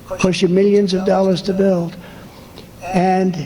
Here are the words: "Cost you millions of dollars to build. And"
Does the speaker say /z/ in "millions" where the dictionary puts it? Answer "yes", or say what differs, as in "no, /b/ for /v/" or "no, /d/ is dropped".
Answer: yes